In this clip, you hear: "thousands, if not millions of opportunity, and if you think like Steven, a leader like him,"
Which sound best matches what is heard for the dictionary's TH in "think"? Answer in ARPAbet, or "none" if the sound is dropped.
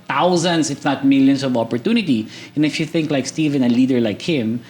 TH